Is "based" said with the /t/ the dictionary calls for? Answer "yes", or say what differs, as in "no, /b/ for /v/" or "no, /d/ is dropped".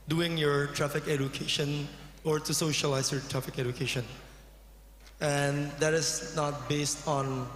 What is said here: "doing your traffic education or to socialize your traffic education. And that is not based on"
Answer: yes